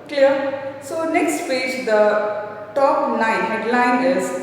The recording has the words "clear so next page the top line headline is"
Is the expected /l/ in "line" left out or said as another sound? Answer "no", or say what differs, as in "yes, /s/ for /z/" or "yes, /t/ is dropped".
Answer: yes, /n/ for /l/